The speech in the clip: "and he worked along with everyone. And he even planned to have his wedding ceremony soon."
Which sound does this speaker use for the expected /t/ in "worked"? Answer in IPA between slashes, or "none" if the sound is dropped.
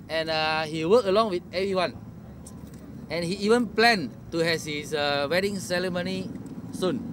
none